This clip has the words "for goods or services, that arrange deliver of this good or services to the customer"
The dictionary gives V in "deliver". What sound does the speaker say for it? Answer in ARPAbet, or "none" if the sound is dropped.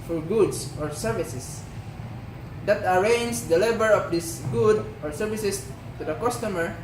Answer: B